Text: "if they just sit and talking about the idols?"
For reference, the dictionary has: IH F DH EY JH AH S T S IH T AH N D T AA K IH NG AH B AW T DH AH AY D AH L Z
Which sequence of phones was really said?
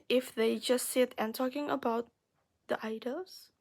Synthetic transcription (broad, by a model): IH F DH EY JH AH S T S IH T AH N T AA K IH NG AH B AW T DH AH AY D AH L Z